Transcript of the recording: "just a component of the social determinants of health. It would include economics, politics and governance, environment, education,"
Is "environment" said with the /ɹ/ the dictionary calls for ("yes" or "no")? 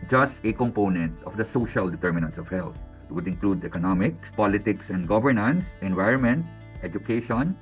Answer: yes